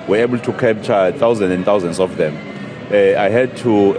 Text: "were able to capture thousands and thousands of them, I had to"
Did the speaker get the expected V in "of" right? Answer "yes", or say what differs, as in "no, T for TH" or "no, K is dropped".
no, F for V